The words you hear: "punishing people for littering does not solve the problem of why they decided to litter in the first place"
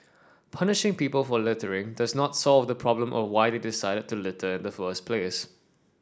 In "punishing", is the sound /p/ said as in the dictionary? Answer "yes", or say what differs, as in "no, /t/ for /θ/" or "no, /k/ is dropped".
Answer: yes